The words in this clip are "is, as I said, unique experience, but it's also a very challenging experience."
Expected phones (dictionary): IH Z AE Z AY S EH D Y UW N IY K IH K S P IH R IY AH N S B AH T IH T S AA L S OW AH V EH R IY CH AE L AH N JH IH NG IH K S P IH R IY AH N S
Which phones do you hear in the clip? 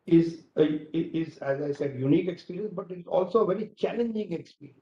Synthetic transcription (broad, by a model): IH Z AE Z AY S EH D Y UW N IY K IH K S P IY R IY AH N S B AH T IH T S AA L S OW AH V EH R IY CH AE L AH N JH IH NG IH K S P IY R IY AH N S